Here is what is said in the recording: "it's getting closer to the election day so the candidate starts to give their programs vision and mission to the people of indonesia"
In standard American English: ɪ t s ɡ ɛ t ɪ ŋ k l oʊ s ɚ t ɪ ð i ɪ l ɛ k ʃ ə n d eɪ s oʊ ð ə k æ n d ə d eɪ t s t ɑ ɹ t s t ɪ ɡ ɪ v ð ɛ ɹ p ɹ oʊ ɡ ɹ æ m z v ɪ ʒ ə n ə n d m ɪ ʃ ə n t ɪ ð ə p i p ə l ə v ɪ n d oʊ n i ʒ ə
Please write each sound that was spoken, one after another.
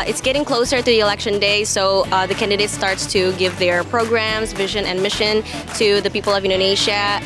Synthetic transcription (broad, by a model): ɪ t s ɡ ɛ t ɪ ŋ k l oʊ s ɚ t ɪ ð i ɪ l ɛ k ʃ ə n d eɪ s oʊ ð ə k æ n d ə d eɪ t s t ɑ ɹ t s t ɪ ɡ ɪ v ð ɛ ɹ p ɹ oʊ ɡ ɹ æ m z v ɪ ʒ ə n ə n m ɪ ʃ ə n t ɪ ð ə p i p l ə v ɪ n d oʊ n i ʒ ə